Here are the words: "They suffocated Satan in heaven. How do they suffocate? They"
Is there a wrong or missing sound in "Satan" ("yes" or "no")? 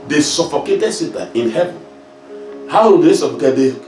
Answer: yes